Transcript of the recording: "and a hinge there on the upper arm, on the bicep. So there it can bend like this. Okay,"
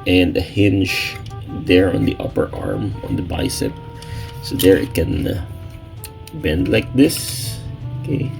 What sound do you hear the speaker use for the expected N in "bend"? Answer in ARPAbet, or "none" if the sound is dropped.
N